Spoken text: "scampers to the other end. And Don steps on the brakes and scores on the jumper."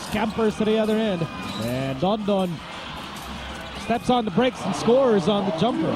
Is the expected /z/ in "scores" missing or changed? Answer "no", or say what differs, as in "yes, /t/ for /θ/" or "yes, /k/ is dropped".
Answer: no